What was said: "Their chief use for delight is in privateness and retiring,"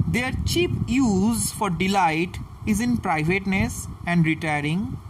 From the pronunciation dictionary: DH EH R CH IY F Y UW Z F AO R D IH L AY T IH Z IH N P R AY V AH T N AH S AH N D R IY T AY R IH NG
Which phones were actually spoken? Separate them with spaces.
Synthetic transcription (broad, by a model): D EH R CH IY P Y UW Z F AO R D IH L AY T IH Z IH N P R AY V AH T N AH S AH N D R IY T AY R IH NG